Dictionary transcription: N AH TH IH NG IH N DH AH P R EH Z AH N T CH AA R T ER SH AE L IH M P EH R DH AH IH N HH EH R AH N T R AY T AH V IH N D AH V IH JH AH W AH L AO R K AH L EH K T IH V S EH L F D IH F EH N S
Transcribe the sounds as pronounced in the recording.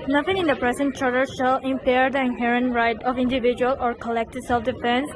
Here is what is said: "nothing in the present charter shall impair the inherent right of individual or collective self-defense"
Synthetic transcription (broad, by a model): N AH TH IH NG IH N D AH P R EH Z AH N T CH AA R T ER SH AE L IH M P EH R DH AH IH N HH EH R AH N T R AY T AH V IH N D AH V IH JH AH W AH L AO R K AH L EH K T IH S EH L F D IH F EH N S